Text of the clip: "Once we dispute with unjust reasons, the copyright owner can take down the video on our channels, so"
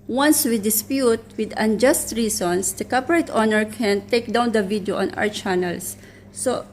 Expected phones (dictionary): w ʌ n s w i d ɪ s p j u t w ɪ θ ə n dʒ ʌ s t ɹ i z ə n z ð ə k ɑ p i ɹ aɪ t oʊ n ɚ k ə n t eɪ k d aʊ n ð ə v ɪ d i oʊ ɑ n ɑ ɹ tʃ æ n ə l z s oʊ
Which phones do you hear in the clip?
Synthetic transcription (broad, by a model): w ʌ n s w i d ɪ s p j u t w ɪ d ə n dʒ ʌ s t ɹ i s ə n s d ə k ɑ p i ɹ aɪ t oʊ n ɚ k ə n t eɪ k d aʊ n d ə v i d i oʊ ɑ n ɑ w tʃ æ n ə l s oʊ